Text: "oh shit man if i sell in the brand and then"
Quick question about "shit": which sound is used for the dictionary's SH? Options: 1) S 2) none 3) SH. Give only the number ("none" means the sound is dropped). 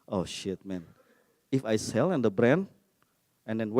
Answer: 3